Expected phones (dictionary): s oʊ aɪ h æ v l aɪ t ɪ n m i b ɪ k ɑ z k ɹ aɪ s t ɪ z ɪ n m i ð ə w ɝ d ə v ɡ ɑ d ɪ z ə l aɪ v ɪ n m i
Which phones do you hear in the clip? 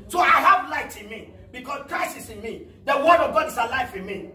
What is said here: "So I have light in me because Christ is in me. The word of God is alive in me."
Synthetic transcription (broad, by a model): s oʊ aɪ h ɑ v l aɪ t ɪ n m i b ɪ k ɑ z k ɹ aɪ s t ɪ s ɪ n m i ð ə w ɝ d ə v ɡ ɑ d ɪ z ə l aɪ f ɪ n m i